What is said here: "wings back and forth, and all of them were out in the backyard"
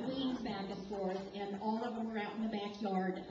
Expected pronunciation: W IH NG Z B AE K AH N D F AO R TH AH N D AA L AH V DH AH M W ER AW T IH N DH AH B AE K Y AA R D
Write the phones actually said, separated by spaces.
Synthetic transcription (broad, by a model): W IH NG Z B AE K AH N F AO R S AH N AA L AH V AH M W ER AW T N DH AH B AE K Y AA R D